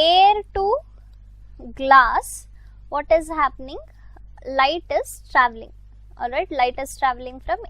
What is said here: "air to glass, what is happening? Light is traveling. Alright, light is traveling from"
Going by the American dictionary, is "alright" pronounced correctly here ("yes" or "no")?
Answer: yes